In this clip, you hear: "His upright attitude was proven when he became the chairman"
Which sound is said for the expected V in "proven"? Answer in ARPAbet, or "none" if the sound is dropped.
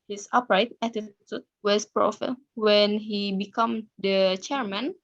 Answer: F